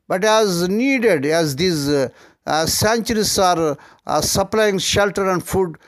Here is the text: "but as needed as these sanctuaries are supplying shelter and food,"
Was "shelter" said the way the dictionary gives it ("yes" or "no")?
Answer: yes